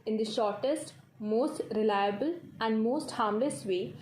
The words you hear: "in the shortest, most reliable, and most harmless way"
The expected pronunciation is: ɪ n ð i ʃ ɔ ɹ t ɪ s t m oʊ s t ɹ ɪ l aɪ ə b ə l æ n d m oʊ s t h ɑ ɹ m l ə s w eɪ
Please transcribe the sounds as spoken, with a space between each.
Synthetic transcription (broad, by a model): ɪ n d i ʃ ɔ ɹ t ɪ s t m oʊ s t ɹ ɪ l aɪ ə b ə l æ n d m oʊ s t h ɑ ɹ m l ə s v eɪ